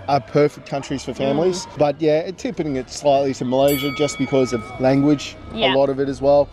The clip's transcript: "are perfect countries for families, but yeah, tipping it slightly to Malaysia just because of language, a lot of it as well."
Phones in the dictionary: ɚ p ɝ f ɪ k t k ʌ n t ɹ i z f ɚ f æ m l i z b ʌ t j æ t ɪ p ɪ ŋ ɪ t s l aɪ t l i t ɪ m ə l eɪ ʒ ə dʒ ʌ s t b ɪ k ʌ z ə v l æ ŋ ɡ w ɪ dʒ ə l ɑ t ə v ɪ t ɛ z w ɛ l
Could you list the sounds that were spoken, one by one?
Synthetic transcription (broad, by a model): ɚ p ɝ f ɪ k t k ʌ n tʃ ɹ i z f ɚ f æ m l i z b ʌ t j æ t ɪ p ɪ ŋ ɪ t s l aɪ t l i t ɪ m ə l eɪ ʒ ə dʒ ʌ s b ɪ k ʌ z ə v l æ ŋ ɡ w ɪ dʒ ə l ɑ t ə v ɪ t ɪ z w ɛ l